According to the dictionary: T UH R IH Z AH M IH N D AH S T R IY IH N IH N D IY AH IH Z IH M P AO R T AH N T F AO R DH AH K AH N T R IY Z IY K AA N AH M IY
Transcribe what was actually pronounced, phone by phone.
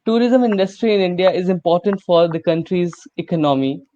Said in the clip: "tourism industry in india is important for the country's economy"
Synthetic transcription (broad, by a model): T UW R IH Z AH M IH N D AH S T R IY IH N IH N D IY AH IH Z IH M P AO R T AH N T F AO R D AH K AH N T R IY Z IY K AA N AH M IY